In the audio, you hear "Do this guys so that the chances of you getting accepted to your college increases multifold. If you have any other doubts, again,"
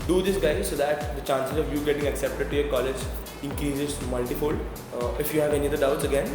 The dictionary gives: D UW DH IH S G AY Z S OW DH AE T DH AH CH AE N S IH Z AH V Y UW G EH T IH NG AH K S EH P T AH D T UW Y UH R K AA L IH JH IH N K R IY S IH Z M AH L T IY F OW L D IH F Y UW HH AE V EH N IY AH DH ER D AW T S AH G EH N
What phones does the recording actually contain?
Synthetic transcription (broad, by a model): D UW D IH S G AY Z S OW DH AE T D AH CH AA N S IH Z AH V Y UW G EH T IH NG AH K S EH P T AH D T UW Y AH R K AA L IH JH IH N K R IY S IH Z M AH L T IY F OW L IH F Y UW HH AE V EH N IY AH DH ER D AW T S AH G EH N